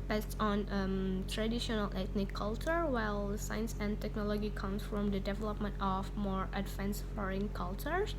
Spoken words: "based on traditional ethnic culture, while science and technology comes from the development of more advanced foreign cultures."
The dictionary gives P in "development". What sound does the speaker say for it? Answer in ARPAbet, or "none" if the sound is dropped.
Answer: P